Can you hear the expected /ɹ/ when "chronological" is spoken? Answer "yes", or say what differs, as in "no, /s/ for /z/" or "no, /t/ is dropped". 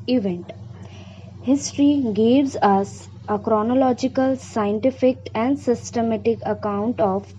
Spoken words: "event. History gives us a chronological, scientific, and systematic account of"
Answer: yes